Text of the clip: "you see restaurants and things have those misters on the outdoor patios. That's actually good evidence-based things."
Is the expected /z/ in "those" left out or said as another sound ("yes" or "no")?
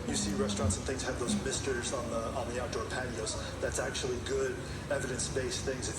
no